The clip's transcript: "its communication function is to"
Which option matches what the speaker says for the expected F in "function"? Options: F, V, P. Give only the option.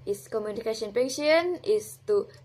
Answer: P